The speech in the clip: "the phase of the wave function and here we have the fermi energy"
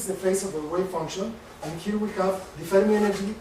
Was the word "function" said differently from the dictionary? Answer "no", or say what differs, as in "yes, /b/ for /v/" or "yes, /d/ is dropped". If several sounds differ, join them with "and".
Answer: no